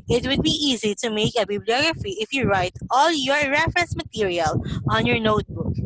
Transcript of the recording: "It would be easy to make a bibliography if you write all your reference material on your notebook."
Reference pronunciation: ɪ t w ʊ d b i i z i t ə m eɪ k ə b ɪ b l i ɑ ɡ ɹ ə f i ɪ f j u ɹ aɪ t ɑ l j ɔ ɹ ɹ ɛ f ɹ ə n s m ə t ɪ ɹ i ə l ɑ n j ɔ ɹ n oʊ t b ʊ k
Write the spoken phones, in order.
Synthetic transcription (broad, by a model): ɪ t w ʊ d b i i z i t ə m eɪ k ə b ɪ b l i ɑ ɡ ɹ ə f i ɪ f j u ɹ aɪ t ɑ l j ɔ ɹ ɹ ɛ f ɹ ə n s m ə t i ɹ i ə l ɑ n j ɔ ɹ n oʊ t b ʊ k